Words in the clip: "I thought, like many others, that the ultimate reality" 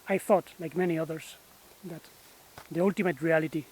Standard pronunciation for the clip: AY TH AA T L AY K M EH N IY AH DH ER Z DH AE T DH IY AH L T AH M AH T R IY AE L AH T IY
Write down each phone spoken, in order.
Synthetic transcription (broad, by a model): AY TH AA T L AY K M EH N IY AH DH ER S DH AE T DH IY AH L T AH M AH T R IY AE L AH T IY